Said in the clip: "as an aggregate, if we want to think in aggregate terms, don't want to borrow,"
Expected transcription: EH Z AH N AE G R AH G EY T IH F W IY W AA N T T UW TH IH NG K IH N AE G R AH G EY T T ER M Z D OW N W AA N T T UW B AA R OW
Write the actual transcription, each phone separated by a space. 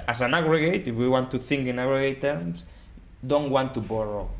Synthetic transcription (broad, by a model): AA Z AH N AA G R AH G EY T IH F W IY W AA N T T UW TH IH NG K IH N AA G R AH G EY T T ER M S D OW N W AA N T T UW B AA R OW